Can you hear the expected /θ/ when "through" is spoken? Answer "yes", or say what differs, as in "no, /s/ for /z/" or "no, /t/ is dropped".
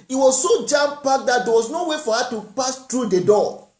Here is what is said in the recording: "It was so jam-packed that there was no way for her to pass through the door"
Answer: no, /t/ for /θ/